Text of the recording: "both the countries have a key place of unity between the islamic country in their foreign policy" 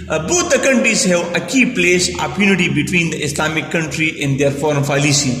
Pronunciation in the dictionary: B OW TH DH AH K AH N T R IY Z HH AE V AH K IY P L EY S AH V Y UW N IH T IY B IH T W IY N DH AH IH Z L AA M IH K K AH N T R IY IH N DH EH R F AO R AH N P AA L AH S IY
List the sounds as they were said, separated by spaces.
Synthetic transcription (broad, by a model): B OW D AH K AH N T R IY Z HH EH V AH K IY P L EY S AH P Y UW N IH T IY B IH T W IY N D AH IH S L AA M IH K K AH N T R IY IH N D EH R F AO R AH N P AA L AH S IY